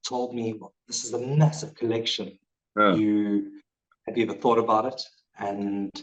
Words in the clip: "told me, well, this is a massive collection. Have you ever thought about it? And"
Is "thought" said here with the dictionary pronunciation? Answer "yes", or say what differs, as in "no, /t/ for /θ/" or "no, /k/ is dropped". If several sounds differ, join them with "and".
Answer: yes